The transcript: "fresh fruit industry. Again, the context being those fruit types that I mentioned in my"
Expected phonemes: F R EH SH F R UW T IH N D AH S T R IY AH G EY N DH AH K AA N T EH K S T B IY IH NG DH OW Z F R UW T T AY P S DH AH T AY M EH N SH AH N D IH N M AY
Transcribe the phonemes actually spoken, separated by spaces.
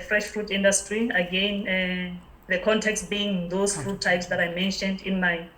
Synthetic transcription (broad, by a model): F R EH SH F R UW T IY N D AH S T R IY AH G EY N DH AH K AA N T EH K S T B IY IH NG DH OW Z F R UW T T AY P S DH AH T AY M EH N SH AH N D IH N M AY